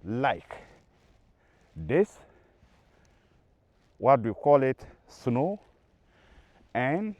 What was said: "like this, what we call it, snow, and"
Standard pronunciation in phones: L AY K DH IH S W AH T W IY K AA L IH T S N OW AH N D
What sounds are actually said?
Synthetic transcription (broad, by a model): L AY K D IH S W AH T W IY K AA L IH T S N OW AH N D